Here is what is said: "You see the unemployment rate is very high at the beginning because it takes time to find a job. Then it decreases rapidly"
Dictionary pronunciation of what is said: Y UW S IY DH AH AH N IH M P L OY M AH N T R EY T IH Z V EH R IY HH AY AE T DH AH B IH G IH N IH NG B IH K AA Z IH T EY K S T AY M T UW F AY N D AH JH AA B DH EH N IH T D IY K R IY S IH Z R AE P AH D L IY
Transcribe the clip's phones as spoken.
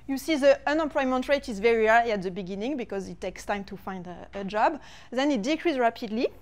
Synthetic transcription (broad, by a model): Y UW S IY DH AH AH N IH M P L OY M AH N T R EY T IH Z V EH R IY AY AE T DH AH B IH G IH N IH NG B IH K AA Z IH T EY K S T AY M T UW F AY N D AH JH AA B DH EH N IH T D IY K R IY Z R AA P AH D L IY